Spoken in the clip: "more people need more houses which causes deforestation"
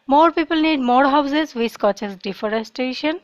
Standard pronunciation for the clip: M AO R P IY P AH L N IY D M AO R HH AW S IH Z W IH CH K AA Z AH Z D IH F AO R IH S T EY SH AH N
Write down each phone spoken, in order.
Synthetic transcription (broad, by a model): M AO R P IY P AH L N IY D M AO R HH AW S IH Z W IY S K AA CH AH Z D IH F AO R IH S T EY SH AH N